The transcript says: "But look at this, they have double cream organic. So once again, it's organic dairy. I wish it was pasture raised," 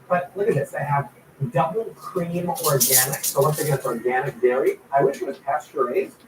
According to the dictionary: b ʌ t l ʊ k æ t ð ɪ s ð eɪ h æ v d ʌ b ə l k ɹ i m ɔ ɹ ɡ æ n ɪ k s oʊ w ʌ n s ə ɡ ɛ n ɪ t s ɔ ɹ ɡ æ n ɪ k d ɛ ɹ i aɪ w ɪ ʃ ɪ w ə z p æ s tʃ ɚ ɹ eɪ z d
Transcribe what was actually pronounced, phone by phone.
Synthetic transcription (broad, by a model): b ʌ t l ʊ k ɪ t ð ɪ s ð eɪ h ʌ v d ʌ b l k ɹ i m ɔ ɹ ɡ æ n ɪ k s oʊ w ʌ s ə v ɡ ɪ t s ɔ ɹ ɡ æ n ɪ k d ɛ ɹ i aɪ w ɪ ʃ ɪ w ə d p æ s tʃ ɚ ɹ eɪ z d